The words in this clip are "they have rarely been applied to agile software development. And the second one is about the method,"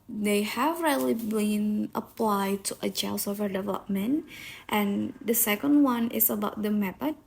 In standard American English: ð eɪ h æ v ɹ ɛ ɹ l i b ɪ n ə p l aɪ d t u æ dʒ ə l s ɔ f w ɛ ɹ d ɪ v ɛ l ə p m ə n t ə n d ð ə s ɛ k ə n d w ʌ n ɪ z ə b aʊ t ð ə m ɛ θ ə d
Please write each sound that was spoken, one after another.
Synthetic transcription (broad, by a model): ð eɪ h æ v ɹ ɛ l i b ɪ n ə p l aɪ d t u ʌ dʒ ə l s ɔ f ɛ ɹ d ɪ v ɛ l ə p m ə n t ə n d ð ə s ɛ k ə n d w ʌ n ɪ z ə b aʊ t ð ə m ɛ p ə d